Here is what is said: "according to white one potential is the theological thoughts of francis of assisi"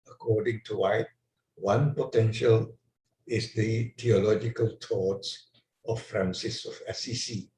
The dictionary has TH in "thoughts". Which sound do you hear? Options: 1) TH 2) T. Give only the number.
2